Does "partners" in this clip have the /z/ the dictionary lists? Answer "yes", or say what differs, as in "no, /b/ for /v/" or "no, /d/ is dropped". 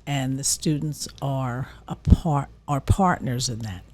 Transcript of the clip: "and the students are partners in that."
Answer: yes